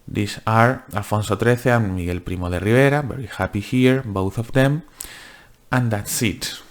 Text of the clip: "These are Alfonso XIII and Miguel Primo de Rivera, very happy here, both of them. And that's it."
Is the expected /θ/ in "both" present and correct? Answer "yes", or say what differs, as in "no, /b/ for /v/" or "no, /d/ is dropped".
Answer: yes